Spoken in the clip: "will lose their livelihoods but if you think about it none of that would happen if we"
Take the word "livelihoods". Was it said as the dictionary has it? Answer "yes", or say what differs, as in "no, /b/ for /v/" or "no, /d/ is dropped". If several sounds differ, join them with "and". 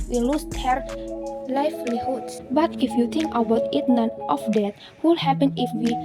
no, /f/ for /v/ and /s/ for /z/